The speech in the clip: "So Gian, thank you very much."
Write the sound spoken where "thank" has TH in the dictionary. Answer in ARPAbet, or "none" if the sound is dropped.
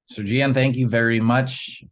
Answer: TH